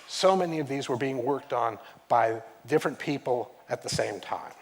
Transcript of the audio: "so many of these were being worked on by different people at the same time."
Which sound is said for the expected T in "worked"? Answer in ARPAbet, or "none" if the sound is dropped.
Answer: T